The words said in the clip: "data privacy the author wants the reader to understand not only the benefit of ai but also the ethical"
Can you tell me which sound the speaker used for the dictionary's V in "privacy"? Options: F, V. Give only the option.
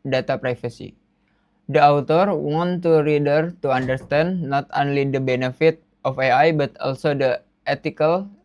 F